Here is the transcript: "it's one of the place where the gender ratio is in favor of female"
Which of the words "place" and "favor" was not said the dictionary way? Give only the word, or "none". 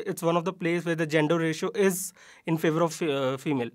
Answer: none